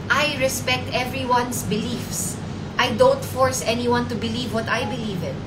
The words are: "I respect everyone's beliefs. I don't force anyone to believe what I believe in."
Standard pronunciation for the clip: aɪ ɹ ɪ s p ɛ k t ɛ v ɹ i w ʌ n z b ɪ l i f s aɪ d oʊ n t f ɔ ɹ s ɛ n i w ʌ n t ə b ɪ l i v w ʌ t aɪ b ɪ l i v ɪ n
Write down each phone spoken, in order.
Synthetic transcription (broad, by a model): aɪ ɹ ɪ s p ɛ k t ɛ v ɹ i w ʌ n s b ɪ l i f s aɪ d oʊ n t f ɔ ɹ s ɛ n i w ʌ n t ə b ɪ l i v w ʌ t aɪ b ɪ l i v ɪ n